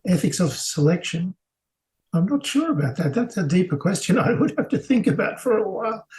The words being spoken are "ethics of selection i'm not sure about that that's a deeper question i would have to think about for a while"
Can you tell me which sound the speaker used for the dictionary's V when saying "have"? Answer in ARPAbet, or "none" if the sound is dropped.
F